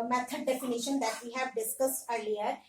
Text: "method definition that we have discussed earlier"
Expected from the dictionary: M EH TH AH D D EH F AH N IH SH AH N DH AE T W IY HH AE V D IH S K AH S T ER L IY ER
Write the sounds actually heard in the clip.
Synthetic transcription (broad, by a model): M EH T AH D D EH F AH N IH SH AH N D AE T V IY HH AE V D IH S K AH S T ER L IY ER